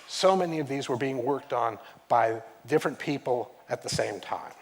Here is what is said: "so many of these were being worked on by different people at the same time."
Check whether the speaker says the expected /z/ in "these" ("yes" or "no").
yes